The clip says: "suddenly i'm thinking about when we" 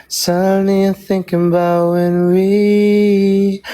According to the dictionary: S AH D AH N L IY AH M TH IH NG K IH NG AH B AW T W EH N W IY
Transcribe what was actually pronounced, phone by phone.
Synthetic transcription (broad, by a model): S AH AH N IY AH TH IH NG K IH NG AH B AW T W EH N W IY